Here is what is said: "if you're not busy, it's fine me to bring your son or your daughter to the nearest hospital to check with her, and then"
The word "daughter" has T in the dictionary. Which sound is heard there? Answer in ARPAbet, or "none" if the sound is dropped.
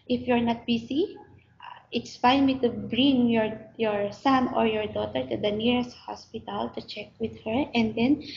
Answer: T